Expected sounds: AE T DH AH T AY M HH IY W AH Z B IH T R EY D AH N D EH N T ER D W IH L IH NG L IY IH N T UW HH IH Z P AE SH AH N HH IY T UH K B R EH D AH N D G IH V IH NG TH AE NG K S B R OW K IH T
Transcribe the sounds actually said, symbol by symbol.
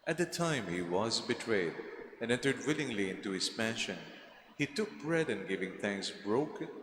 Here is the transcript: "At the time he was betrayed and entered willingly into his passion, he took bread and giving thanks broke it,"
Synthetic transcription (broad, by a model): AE T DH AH T AY M HH IY W AH Z B IH T R EY D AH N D EH N T ER D W IH L IH NG L IY IH N T UW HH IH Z P AE SH AH N HH IY T UH K B R EH D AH N G IH V IH NG TH AE NG K S B R OW K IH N